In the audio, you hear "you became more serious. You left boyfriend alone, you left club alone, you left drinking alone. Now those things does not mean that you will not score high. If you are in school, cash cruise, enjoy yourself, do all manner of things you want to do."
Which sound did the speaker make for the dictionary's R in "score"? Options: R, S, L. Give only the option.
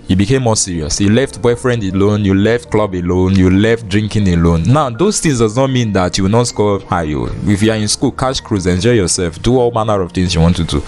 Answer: L